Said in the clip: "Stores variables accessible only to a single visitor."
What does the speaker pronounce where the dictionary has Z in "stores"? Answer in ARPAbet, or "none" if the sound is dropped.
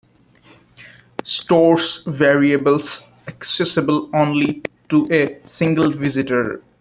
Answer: S